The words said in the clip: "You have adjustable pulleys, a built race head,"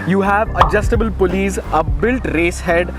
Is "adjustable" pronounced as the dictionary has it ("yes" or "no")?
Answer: yes